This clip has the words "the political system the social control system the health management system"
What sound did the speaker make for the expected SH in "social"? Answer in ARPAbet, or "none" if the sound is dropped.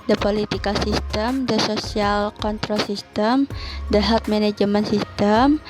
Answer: S